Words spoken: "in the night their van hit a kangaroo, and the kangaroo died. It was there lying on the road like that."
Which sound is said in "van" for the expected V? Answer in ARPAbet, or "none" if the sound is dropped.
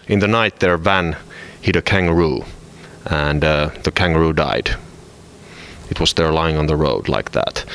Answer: V